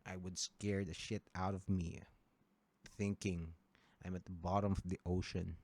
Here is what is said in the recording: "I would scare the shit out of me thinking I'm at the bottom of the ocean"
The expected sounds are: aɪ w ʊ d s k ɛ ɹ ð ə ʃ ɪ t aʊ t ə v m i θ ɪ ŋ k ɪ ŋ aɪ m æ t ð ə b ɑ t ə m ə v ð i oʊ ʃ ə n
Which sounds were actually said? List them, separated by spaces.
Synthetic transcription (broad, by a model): aɪ w ʊ d s k ɛ ɹ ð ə ʃ ɪ t aʊ t ə v m i θ ɪ ŋ k ɪ ŋ aɪ m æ t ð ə b ɑ t ə m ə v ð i oʊ ʃ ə n